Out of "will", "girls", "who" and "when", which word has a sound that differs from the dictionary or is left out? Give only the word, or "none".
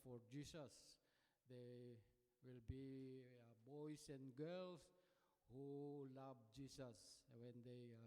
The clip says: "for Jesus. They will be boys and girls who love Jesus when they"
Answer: girls